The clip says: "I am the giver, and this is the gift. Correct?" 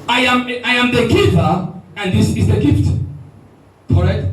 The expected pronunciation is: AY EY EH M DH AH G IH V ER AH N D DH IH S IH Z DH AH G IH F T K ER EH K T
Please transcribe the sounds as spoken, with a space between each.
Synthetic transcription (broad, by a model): AY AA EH M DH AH G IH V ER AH N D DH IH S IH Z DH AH G IH F T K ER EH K T